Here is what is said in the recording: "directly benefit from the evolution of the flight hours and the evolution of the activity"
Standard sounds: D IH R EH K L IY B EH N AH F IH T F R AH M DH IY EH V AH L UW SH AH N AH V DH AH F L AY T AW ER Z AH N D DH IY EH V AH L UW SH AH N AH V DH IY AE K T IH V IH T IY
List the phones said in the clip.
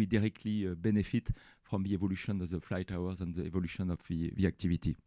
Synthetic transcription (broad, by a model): D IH R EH K L IY B EH N AH F IH T F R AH M DH IY EH V AH L UW SH AH N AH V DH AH F L AY T AW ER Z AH N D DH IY EH V AH L UW SH AH N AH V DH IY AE K T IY V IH T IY